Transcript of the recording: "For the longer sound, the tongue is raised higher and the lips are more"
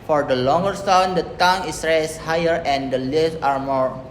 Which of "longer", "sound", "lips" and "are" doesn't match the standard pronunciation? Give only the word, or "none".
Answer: lips